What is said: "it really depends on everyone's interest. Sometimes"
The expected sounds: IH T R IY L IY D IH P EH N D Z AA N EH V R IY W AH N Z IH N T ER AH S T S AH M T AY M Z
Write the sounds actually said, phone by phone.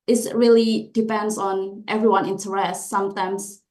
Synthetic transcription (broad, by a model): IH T R IY L IY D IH P EH N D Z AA N EH V R IY W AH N IH N T ER AH S T S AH M T AY M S